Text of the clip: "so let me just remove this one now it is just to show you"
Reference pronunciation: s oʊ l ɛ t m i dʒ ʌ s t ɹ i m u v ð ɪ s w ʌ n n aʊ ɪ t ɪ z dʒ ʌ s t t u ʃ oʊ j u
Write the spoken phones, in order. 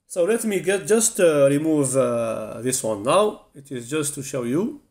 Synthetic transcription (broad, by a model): s oʊ l ɛ t m i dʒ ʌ s t ɹ i m u v ð ɪ s w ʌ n n aʊ ɪ t ɪ z dʒ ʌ s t t u ʃ oʊ j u